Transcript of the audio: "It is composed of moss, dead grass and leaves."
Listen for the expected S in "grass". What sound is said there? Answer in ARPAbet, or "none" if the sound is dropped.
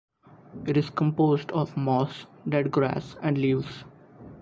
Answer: S